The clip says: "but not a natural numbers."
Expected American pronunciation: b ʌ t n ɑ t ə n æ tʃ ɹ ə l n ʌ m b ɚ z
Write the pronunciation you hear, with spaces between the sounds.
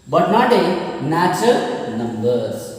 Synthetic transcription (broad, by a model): b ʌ t n ɑ t ə n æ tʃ ə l n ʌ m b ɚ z